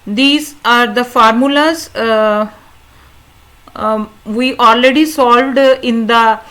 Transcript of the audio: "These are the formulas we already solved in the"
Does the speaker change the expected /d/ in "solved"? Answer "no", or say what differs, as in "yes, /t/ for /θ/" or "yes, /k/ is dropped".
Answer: no